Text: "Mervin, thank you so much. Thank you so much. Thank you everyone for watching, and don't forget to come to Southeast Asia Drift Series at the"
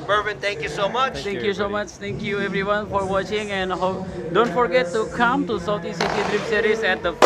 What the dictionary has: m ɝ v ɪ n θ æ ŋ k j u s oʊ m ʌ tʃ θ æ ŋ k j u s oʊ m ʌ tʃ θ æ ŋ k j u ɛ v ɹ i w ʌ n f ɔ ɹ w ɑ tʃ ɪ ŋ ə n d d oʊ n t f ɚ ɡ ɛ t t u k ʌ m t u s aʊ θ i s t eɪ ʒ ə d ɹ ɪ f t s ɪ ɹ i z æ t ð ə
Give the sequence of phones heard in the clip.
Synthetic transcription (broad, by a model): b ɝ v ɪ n t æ ŋ k j u s oʊ m ʌ tʃ t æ ŋ k j u s oʊ m ʌ tʃ t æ ŋ k j u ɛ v ɹ i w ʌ n f ɔ ɹ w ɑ tʃ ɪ ŋ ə n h d oʊ n t f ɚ ɡ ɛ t t u k ʌ m t u s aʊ t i s i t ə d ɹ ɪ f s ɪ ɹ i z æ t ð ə